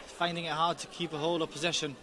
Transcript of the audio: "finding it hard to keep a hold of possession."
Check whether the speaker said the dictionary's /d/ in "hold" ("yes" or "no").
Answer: no